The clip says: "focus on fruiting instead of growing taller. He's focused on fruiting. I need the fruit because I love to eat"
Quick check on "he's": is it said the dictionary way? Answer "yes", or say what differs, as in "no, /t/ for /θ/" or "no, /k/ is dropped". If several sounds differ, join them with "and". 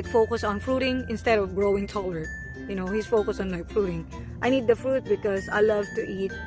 no, /s/ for /z/